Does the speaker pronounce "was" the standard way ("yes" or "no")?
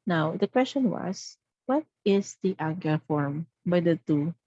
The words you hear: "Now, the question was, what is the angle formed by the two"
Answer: no